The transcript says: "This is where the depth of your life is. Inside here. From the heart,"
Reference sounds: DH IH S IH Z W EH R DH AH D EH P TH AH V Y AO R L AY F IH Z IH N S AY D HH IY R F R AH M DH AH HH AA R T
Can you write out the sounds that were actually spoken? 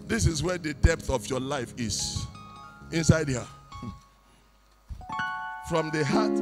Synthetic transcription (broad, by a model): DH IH S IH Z W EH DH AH D EH P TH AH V Y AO L AY F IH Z IH N S AY D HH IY F R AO M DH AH HH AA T